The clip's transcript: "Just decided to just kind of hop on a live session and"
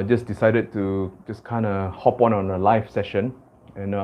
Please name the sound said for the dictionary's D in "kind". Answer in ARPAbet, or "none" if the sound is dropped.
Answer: D